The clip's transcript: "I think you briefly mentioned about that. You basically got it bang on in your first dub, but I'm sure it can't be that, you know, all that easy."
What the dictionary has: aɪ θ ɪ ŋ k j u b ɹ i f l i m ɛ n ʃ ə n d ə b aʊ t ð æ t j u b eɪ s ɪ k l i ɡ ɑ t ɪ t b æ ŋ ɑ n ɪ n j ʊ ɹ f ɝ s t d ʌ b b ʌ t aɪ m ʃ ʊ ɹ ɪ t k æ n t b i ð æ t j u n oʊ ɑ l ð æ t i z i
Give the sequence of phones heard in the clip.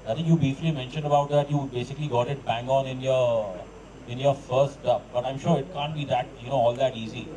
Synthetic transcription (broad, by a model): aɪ t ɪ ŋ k j u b i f l i m ɛ n ʃ ə n d ə b aʊ t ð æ t j u b eɪ s ɪ k l i ɡ ɑ t ɪ t b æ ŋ ɑ n ɪ n j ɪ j f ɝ s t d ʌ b b ʌ t aɪ m ʃ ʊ ɹ ɪ t k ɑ n t b i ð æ t j u n oʊ ɑ l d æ t i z i